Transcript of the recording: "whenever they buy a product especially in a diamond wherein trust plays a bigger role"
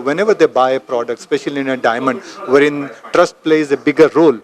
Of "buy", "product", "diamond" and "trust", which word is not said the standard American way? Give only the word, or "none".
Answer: none